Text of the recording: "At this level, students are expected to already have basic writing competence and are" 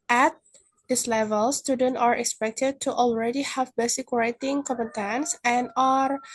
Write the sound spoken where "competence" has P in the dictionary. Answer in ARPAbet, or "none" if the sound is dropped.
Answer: none